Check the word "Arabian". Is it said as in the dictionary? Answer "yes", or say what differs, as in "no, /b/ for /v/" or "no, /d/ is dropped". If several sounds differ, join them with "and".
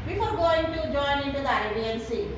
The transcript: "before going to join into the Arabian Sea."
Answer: no, /ɹ/ is dropped